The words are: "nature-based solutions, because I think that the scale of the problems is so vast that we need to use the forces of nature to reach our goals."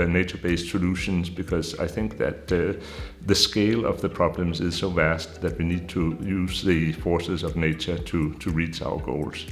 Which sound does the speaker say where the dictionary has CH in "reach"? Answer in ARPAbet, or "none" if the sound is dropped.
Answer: CH